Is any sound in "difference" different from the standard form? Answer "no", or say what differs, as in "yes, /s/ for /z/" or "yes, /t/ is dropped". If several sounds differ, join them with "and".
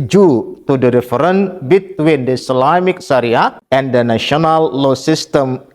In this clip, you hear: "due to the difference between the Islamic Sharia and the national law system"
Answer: yes, /s/ is dropped